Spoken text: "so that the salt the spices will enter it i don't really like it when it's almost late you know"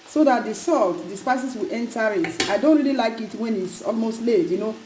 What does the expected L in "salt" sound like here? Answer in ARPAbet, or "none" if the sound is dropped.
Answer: L